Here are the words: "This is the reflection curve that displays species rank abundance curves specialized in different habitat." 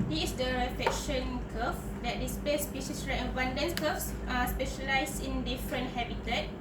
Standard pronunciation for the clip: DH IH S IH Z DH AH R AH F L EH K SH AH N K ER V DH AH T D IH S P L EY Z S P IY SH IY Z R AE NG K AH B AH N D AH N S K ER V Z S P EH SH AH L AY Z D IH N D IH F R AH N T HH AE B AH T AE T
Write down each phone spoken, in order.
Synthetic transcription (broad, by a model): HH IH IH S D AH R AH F EH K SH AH N K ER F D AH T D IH S P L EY S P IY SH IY S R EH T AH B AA N D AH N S K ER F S S P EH SH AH L AY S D IH N D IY F R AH N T HH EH B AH T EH T